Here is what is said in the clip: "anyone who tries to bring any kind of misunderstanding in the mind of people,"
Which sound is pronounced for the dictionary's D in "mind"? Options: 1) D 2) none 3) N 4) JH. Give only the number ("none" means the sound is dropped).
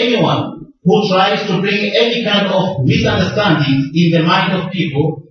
1